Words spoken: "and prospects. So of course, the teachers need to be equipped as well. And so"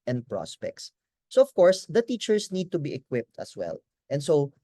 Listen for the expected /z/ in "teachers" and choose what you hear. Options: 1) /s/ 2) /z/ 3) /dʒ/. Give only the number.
1